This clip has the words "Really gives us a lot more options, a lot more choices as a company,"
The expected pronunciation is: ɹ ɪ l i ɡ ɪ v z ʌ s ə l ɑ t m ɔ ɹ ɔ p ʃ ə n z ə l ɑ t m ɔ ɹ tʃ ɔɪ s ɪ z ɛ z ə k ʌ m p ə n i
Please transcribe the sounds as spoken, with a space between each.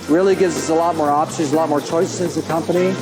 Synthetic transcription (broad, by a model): ɹ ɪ l i ɡ ɪ v z ʌ s ə l ɑ t m ɔ ɹ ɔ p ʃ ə z ə l ɑ t m ɔ ɹ tʃ ɔɪ s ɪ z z ə k ʌ m p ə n i